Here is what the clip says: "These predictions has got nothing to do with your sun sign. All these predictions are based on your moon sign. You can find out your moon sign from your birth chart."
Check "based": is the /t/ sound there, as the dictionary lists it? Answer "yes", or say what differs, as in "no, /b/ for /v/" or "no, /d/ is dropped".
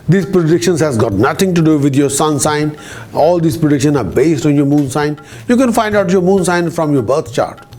yes